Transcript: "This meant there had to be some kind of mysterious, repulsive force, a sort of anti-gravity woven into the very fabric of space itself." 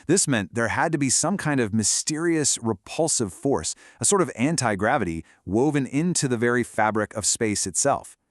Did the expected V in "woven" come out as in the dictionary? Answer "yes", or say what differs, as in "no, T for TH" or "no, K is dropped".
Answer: yes